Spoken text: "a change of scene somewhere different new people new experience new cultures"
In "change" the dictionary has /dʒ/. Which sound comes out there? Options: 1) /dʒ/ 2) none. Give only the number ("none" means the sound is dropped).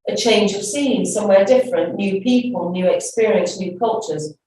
1